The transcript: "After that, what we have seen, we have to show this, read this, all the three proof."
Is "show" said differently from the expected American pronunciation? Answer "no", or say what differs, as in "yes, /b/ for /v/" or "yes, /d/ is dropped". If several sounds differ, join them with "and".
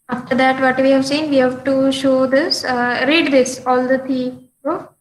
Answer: no